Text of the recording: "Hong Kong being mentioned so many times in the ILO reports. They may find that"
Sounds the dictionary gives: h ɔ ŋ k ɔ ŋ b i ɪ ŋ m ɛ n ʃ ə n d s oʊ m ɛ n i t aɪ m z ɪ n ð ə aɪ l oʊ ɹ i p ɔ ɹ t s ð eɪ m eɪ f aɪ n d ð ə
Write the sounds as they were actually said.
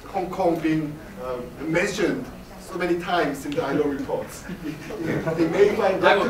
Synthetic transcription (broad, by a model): h ɔ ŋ k ɔ ŋ b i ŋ m ɛ n ʃ ə n d s oʊ m ɛ n i t aɪ m s ɪ n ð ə aɪ l oʊ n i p ɔ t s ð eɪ m eɪ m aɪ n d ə